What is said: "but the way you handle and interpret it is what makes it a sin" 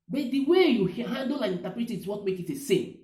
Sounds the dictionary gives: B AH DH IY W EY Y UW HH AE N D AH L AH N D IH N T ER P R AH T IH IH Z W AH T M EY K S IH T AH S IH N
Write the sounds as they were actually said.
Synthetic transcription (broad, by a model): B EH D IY W EY Y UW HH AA N D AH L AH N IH N T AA P R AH T IH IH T W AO T M EY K IH T AH S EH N